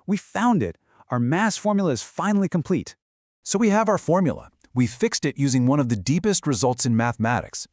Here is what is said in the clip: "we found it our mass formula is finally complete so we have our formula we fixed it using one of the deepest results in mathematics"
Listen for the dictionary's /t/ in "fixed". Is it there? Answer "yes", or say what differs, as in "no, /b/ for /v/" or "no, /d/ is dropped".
yes